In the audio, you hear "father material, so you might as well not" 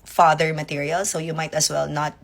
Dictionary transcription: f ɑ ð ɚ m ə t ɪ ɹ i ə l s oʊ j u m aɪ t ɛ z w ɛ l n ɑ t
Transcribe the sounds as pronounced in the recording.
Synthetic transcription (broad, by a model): f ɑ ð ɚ m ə t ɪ ɹ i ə l s oʊ j u m aɪ t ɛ s w ɛ l n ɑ t